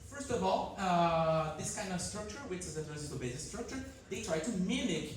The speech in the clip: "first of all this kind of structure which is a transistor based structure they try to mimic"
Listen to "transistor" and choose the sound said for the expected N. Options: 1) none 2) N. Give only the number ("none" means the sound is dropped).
1